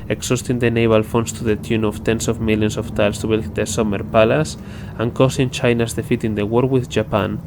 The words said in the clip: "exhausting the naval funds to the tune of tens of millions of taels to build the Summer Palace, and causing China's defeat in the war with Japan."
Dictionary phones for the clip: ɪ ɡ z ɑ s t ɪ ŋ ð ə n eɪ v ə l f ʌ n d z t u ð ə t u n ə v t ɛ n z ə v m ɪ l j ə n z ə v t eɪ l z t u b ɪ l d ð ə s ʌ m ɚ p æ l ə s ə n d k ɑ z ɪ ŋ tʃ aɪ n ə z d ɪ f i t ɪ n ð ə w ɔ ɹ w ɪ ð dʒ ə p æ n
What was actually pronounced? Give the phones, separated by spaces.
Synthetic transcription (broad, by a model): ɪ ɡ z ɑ s t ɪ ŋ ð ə n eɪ b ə l f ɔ n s t u ð ə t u n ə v t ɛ n s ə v m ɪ l j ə n s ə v t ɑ l s t u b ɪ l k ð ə s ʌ m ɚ p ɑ l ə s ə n k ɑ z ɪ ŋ tʃ aɪ n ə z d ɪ f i t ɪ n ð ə w ɔ ɹ w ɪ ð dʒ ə p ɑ n